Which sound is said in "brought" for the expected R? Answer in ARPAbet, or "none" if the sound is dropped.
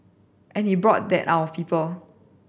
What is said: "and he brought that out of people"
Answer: R